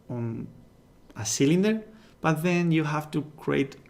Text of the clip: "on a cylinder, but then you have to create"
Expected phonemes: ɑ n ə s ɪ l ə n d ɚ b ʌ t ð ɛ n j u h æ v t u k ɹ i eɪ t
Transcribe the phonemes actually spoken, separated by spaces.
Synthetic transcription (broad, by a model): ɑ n ə s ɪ l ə n d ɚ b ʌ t ð ɛ n j u h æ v t u k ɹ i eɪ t